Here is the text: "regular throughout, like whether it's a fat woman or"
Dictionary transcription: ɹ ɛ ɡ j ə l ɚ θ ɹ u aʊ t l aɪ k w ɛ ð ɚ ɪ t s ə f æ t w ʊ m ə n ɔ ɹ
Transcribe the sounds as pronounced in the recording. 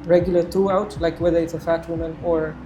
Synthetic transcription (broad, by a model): ɹ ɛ ɡ j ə l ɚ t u aʊ t l aɪ k w ɛ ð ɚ ɪ t s ə f æ t w ʊ m ə n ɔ ɹ